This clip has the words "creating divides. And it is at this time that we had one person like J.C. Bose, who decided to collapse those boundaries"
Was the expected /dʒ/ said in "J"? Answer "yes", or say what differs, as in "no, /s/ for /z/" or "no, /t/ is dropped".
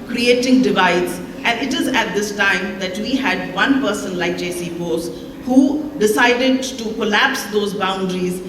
yes